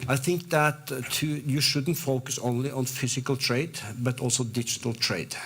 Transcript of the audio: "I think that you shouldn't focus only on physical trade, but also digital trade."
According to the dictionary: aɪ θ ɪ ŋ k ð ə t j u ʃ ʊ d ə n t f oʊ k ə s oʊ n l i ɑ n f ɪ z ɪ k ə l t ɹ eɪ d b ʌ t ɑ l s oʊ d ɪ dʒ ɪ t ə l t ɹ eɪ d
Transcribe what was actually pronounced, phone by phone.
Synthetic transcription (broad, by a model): aɪ θ ɪ ŋ k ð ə t j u ʃ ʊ d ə n t f oʊ k ə s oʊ n l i ɑ n f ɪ s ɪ k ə l t ɹ eɪ d b ʌ t ɑ l s oʊ d ɪ dʒ ɪ t ə l t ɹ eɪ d